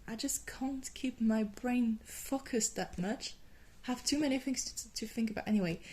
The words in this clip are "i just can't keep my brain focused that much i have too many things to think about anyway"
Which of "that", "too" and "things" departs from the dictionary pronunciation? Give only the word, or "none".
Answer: none